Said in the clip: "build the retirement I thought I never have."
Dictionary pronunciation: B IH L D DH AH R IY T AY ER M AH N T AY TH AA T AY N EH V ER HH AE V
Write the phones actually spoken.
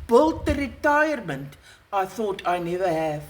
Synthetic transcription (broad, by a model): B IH L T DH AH R IY T AY ER M AH N T AY TH AA T AY N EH V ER HH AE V